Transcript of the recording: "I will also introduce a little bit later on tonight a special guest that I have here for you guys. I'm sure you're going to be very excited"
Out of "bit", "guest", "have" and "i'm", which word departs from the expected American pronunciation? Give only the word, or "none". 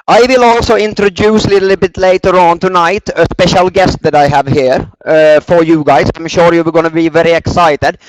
none